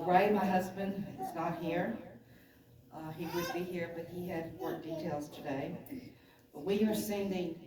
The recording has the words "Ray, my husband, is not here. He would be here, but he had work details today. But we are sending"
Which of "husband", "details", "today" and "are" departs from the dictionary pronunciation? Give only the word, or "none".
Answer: none